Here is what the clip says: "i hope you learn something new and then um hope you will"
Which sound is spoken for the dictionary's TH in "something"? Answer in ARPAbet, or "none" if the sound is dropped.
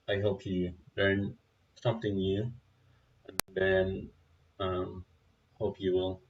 T